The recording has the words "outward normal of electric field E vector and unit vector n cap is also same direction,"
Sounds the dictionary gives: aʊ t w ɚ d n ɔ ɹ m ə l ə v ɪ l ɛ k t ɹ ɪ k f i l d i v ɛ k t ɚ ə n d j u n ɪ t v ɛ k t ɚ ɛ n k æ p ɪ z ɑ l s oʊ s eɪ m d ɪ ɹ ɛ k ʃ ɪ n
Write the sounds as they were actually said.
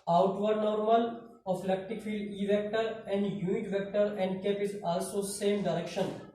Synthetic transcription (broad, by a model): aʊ t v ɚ d n ɔ ɹ m ə l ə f l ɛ k t ɪ k f i l d i v ɛ k t ɚ ə n d j u n ɪ t v ɛ k t ɚ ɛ n k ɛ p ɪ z ɑ l s oʊ s eɪ m d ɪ ɹ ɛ k ʃ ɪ n